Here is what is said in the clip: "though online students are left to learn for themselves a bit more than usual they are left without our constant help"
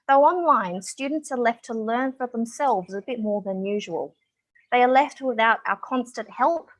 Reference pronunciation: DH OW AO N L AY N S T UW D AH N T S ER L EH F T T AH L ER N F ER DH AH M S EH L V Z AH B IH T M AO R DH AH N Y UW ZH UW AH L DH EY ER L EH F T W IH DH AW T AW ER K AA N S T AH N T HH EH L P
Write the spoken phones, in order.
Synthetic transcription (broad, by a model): DH OW AO N L AY N S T UW D N T S ER L EH F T T AH L ER N F ER DH AH M S EH L V Z AH B IH T M AO R DH AH N Y UW ZH UW AH L DH EY ER L EH F T W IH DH AW T AW ER K AA N S T AH N T HH EH L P